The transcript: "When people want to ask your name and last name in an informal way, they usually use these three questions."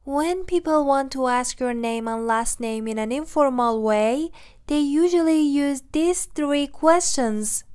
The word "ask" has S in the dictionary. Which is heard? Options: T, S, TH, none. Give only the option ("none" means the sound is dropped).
S